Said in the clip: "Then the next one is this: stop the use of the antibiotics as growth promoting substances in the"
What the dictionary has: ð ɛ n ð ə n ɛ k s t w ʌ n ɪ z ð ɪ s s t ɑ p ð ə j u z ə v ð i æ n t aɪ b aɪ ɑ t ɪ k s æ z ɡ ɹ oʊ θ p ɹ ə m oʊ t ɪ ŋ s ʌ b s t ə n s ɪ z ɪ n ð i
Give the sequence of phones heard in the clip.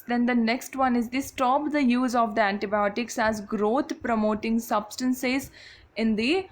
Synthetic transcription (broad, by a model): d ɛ n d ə n ɛ k s t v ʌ n ɪ z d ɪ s s t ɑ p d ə j u z ə v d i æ n t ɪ b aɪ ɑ t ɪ k s æ z ɡ ɹ oʊ t p ɹ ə m oʊ t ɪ ŋ s ʌ b s t ə n s ɪ z ɪ n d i